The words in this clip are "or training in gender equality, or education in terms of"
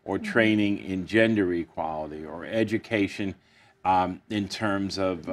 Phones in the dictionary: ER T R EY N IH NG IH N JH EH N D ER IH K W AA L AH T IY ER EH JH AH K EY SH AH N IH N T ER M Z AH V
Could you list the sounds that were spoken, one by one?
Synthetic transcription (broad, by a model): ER T R EY N IH NG IH N JH EH N D ER IH K W AA L AH T IY ER EH JH AH K EY SH AH N IH N T ER M Z AH V